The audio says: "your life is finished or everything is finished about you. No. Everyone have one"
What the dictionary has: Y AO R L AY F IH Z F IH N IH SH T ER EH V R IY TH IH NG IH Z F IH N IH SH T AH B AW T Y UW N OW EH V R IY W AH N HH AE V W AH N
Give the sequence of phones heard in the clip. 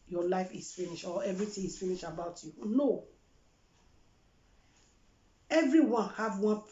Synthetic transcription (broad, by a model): Y AO L AY F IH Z F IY N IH SH AO EH V R IY T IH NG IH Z F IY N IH SH AH B AW T Y UW N OW EH V R IY W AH N HH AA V W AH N